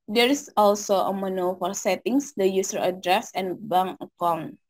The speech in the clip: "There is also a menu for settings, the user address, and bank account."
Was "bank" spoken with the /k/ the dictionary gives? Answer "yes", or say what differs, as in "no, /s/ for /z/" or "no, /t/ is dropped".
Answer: no, /k/ is dropped